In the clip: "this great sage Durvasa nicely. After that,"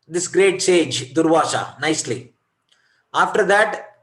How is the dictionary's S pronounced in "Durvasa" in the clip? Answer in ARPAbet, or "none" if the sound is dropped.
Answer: SH